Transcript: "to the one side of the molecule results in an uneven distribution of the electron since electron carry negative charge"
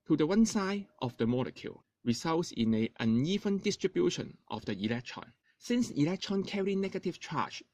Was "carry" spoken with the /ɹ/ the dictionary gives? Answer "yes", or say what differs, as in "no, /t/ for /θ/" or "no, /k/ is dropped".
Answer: yes